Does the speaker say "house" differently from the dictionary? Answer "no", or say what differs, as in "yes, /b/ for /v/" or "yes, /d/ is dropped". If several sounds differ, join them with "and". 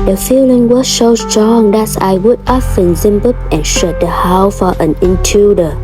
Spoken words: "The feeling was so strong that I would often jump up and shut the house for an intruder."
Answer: yes, /s/ is dropped